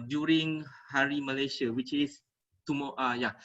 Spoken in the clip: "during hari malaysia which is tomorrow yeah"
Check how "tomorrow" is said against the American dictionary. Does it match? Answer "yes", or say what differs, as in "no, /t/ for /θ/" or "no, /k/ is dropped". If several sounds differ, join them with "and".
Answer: no, /ɹ/ is dropped